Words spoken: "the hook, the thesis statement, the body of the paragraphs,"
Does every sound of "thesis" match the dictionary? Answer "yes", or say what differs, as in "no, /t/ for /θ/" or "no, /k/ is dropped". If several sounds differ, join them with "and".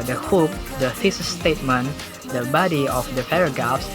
no, /f/ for /θ/